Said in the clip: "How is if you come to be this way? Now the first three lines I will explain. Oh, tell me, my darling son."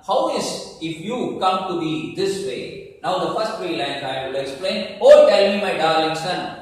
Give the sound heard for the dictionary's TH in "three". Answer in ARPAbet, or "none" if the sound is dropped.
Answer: F